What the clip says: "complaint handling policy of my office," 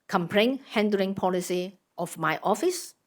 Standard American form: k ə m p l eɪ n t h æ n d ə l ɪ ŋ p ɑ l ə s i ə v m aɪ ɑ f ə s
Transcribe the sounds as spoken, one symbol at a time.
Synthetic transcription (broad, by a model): k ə m p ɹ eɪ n h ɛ n d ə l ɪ ŋ p ɑ l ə s i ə f m aɪ ɑ f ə s